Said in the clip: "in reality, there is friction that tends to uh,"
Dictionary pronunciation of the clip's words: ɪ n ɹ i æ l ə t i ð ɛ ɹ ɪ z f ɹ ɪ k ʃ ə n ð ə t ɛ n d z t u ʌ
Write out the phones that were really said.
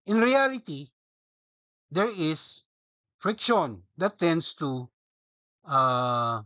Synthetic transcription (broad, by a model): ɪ n ɹ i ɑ l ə t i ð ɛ ɹ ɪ s f ɹ ɪ k ʃ ə n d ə t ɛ n d s t u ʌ